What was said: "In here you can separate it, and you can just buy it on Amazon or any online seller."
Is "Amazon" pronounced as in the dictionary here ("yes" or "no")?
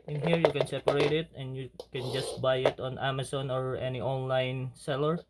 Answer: no